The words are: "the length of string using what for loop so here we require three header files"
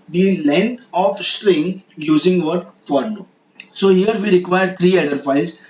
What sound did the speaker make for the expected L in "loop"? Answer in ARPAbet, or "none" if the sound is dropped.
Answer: N